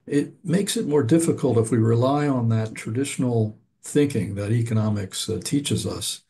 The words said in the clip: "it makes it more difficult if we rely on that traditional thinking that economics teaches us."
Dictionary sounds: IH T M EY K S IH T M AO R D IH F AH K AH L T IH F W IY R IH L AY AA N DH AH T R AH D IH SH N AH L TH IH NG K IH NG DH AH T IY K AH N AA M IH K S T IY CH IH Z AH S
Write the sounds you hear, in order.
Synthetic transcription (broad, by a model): IH T M EY K S IH T M AO R D IH F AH K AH L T IH F W IY R IH L AY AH N DH AH T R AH D IH SH N L TH IH NG K IH NG DH AH T IY K AH N AA M IH K S T IY CH IH Z AH S